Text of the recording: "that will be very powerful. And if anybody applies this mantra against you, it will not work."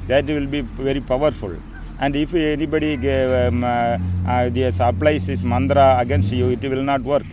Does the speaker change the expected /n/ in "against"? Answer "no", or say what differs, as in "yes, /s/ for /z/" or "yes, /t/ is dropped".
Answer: no